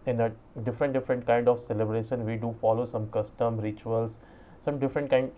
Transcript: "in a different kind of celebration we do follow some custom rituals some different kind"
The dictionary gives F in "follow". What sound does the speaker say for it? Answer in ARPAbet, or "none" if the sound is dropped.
F